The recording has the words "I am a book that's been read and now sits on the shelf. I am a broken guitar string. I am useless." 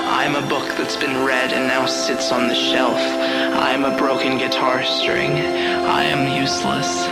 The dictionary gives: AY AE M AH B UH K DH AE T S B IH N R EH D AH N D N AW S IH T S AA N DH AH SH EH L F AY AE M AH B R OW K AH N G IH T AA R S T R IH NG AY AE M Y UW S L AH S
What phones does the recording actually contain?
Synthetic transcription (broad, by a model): AY M AH B UH K DH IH T S B IH N R EH D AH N N AW S IH T S N DH AH SH EH L F AY M AH B R OW K AH N G IH T AA R S T R IH NG AY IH M Y UW S L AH S